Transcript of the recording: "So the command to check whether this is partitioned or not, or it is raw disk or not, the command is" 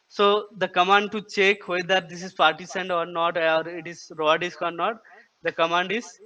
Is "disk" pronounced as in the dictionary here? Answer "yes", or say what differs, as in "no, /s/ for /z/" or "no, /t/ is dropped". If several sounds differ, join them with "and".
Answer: yes